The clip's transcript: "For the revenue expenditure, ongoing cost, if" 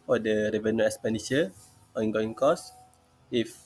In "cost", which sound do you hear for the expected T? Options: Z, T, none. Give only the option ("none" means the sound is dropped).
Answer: none